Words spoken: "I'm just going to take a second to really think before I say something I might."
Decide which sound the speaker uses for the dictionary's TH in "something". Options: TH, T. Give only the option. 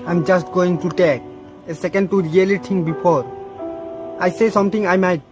T